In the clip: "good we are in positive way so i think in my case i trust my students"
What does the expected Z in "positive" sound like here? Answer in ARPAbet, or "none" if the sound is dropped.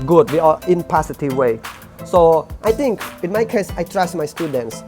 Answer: S